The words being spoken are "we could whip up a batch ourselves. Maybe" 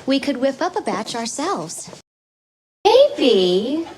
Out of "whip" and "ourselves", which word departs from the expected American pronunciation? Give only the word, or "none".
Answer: none